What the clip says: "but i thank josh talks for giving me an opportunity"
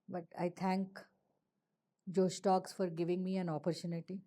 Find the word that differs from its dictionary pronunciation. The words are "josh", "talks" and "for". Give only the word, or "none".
josh